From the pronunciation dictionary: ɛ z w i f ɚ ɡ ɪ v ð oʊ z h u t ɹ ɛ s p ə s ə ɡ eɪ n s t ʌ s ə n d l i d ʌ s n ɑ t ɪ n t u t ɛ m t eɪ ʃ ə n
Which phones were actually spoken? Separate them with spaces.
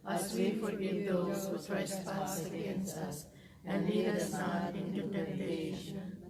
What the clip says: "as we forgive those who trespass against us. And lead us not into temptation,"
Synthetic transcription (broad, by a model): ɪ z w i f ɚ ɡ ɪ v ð oʊ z h u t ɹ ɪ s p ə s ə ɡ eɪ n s ʌ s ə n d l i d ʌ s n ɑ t ɪ n t u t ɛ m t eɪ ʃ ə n